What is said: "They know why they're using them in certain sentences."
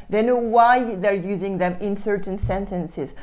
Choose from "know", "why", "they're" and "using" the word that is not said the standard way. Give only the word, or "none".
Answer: none